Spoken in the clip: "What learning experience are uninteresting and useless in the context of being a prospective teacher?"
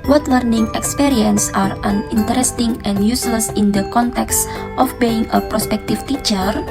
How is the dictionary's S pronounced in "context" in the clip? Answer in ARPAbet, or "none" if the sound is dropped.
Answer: S